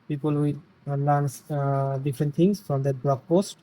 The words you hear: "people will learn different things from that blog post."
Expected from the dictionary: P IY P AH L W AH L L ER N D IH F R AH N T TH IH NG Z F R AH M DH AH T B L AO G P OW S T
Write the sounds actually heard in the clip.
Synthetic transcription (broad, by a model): P IY P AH L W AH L N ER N D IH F R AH N T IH NG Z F R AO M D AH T B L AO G P OW S T